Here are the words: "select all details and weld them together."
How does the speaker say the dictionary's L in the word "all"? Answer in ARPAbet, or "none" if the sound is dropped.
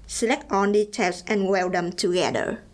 N